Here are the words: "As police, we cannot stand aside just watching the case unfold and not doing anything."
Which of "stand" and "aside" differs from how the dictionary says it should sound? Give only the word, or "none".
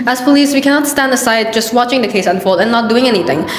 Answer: none